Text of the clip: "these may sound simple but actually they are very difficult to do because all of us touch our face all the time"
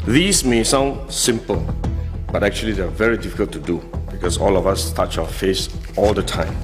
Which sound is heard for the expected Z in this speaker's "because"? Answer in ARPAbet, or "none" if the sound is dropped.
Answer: S